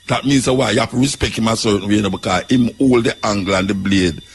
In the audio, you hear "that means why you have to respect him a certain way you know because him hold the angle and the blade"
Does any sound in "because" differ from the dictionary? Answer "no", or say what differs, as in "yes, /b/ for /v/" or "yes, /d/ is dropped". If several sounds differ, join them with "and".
yes, /z/ is dropped